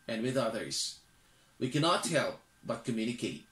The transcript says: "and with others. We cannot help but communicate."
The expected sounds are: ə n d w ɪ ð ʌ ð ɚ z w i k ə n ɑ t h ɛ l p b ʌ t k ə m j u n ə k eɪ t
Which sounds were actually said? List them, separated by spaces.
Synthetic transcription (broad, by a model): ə n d w ɪ ð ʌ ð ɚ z w i k ə n ɑ t h ɛ l p b ʌ t k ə m j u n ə k eɪ t